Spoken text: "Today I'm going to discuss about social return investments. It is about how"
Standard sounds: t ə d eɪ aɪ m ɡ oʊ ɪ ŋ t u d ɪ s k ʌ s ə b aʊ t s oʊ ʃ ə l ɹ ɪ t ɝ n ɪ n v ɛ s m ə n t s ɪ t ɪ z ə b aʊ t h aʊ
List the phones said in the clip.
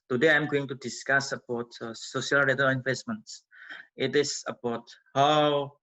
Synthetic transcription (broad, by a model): t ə d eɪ aɪ m ɡ oʊ ɪ ŋ t u d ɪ s k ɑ s ə b aʊ t s oʊ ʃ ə l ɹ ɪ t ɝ ɪ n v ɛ s m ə n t s ɪ t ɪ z ə b aʊ t h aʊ